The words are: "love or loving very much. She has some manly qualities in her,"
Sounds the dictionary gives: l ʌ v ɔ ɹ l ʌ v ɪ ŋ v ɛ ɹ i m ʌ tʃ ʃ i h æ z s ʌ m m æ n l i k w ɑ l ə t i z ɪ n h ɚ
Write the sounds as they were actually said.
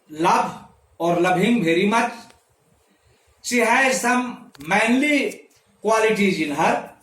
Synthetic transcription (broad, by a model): l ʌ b ɔ ɹ l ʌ b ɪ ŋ b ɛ ɹ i m ʌ tʃ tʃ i h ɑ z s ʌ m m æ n l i k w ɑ l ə t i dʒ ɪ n h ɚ